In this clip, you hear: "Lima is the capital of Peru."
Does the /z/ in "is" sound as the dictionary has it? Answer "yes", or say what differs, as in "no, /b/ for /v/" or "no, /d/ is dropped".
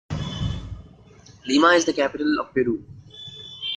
yes